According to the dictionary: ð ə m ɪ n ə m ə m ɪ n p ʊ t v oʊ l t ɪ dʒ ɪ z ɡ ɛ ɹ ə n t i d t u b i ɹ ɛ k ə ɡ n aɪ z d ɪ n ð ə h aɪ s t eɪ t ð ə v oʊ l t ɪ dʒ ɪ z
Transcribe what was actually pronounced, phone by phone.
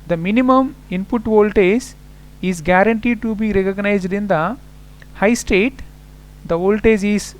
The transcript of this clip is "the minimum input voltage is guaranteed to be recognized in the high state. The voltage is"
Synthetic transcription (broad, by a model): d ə m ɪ n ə m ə m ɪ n p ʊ t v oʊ l t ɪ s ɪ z ɡ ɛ ɹ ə n t i d t u b i ɹ ɛ k ə ɡ n aɪ z d ɪ n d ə h aɪ s t eɪ t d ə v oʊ l t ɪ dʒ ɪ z